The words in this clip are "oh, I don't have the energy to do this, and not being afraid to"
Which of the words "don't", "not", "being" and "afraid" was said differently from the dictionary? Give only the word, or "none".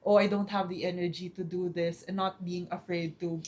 none